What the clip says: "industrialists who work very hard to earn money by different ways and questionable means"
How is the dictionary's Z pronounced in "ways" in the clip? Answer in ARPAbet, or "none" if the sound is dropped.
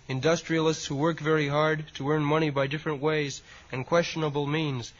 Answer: Z